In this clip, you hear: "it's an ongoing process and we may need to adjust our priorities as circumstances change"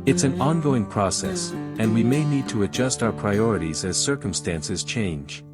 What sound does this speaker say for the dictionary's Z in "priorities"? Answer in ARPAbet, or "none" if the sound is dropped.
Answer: Z